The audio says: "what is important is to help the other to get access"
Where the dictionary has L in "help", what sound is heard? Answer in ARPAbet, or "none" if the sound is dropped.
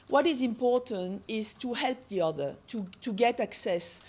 L